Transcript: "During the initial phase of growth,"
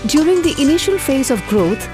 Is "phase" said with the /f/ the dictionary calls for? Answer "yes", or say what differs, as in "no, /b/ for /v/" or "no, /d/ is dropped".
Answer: yes